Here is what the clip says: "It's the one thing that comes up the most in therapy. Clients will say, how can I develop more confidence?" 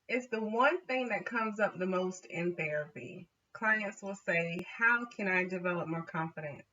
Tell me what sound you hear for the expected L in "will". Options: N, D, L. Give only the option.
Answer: L